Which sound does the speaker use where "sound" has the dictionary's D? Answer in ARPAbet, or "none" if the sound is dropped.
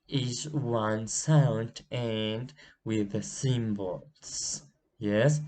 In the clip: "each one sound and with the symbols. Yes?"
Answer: D